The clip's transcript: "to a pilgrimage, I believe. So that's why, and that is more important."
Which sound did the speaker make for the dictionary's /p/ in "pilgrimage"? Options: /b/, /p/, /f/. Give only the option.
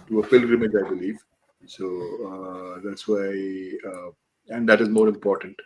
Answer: /f/